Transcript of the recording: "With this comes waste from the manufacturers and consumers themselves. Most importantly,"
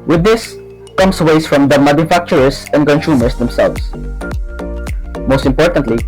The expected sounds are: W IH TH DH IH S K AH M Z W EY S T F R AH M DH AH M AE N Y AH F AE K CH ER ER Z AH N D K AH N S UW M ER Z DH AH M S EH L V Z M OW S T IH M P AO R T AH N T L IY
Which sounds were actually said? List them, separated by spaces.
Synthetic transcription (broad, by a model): W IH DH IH S K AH M S W EY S F R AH M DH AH M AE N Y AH F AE K CH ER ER S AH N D K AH N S UW M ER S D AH M S EH L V S M OW S T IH M P AO R T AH N T L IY